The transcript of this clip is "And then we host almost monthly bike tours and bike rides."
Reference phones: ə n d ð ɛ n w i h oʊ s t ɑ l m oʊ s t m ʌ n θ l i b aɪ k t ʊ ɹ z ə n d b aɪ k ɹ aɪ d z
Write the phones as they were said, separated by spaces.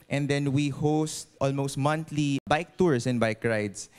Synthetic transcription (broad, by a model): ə n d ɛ n w i h oʊ s t ɑ l m oʊ s t m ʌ n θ l i b aɪ k t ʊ ɹ s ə n b aɪ k ɹ aɪ d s